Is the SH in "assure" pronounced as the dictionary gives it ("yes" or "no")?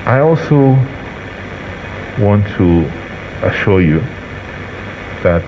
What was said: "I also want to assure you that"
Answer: yes